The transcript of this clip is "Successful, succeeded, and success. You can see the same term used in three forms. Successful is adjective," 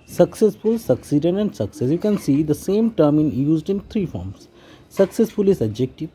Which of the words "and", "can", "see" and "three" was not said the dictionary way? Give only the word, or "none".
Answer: three